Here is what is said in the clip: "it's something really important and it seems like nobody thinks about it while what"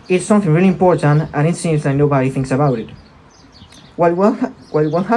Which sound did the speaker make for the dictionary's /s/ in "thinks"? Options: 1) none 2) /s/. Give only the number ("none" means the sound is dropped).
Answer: 2